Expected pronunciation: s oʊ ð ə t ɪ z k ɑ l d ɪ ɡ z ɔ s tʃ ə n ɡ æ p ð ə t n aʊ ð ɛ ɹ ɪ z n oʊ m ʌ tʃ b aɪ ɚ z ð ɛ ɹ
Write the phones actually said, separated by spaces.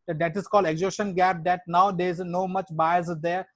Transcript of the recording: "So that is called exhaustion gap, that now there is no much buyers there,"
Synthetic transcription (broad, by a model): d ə t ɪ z k ɑ l d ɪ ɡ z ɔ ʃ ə n ɡ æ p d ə t n aʊ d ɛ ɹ ɪ z n oʊ m ʌ tʃ b aɪ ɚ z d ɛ ɹ